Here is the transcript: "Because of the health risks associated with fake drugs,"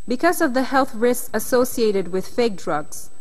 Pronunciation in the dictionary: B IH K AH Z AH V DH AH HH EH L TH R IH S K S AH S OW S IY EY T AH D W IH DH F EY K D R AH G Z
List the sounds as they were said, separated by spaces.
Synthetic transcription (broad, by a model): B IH K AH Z AH V DH AH HH EH L TH R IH S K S AH S OW S IY EY T AH D W IH DH F EY K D R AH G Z